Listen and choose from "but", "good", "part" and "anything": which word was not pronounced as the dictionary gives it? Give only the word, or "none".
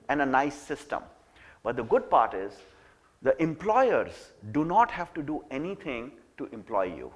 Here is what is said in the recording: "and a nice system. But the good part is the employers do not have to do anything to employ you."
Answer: anything